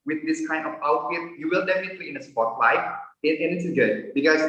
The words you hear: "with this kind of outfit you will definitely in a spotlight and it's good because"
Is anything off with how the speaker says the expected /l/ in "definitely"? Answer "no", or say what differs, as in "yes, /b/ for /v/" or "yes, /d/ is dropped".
yes, /l/ is dropped